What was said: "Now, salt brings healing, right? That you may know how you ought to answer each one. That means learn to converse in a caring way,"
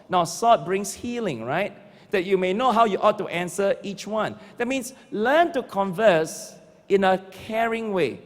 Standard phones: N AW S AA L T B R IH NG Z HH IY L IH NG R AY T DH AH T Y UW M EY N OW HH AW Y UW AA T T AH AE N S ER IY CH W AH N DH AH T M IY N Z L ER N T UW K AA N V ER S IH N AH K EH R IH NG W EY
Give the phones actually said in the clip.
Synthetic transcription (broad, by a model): N AW S AA T B R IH NG S HH IY L IH NG R AY T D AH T Y UW M EY N OW HH AW Y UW AA T T AH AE N S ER IY CH W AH N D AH T M IY N S L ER N T UW K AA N V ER S IH N AH K EH R IH NG W EY